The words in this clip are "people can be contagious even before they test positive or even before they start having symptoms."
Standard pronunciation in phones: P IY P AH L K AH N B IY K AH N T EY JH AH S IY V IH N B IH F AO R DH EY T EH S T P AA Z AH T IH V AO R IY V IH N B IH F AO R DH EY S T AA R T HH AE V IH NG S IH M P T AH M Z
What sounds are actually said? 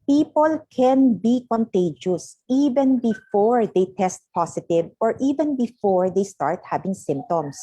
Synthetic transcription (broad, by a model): P IY P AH L K AH N B IY K AH N T EY JH AH S IY V IH N B IH F AO R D EY T EH S T P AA S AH T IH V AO R IY V IH N B IH F AO R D EY S T AA R T HH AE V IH NG S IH M P T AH M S